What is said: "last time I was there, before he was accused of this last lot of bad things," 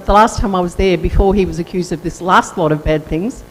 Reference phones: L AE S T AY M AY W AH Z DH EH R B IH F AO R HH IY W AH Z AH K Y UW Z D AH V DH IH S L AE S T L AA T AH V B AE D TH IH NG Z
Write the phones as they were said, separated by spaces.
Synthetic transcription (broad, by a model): L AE S T AY M AY W AH Z DH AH R B IH F AO R IY W AH Z AH K Y UW Z D AH V DH IH S L AE S T L AA T AH V B AE D TH IH NG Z